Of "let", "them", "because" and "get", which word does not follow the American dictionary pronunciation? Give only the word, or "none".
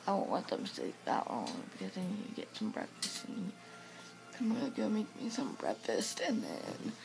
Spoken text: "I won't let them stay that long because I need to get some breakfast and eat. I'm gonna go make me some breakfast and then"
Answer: let